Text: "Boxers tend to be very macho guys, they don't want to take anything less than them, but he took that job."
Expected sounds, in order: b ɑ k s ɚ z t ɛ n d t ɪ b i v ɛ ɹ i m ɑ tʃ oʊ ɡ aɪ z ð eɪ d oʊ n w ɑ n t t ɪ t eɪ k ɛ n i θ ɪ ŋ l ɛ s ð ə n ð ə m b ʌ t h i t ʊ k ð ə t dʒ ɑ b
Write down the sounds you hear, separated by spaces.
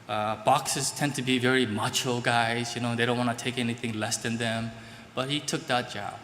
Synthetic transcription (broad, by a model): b ɑ k s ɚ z t ɛ n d t ɪ b i v ɛ ɹ i m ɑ tʃ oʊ ɡ aɪ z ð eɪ d oʊ n w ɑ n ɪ t eɪ k ɛ n i θ ɪ ŋ l ɛ s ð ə n ð ə m b ʌ t h i t ʊ k ð ə t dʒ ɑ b